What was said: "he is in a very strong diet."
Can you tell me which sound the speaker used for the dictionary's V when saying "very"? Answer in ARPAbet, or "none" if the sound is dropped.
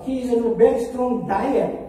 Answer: B